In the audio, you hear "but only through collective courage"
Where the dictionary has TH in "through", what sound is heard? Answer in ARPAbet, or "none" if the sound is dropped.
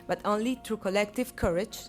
T